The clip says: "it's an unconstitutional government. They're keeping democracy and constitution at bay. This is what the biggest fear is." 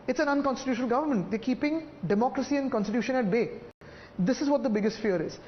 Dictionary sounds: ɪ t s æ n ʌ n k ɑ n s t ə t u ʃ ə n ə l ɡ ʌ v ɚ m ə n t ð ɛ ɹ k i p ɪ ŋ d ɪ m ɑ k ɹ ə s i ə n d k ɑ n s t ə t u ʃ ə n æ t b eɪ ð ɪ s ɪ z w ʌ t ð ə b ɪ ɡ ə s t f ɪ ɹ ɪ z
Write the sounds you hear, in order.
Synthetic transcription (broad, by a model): ɪ t s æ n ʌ n k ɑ n s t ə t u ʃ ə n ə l ɡ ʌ v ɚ m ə n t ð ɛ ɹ k i p ɪ ŋ d ɪ m ɑ k ɹ ə s i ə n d k ɑ n s t ə t u ʃ ə n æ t b eɪ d ɪ s ɪ z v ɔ t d ə b ɪ ɡ ə s t f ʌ ɹ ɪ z